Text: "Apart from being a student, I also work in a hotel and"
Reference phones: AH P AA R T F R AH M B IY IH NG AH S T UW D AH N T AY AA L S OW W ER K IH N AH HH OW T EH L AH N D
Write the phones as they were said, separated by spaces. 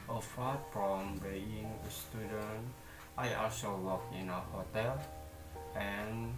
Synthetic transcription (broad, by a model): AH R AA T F R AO M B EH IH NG AH S T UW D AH N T AY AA S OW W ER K IH N AH HH OW T EH L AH N